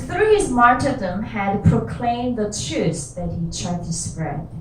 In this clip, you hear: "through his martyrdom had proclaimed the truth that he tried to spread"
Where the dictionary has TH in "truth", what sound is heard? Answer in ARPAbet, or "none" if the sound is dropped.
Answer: S